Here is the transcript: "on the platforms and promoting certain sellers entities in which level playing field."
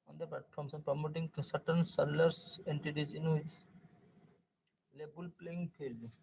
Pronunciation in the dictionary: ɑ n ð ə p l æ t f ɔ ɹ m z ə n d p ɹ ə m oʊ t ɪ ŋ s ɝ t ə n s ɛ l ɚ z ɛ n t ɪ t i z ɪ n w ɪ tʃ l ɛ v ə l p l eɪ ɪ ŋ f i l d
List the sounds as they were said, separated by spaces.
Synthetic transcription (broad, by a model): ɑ n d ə p l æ t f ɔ ɹ m s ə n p ɹ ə m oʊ t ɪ ŋ s ɝ t ə n s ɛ l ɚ s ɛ n t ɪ t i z ɪ n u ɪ s l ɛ b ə l p l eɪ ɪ ŋ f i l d